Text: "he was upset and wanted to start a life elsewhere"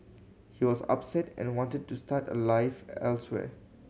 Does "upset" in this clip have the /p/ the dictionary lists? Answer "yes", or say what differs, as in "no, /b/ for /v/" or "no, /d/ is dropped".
yes